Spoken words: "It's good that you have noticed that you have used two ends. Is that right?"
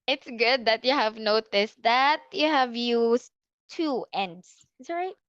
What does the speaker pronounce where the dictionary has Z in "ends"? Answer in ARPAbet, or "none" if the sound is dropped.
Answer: S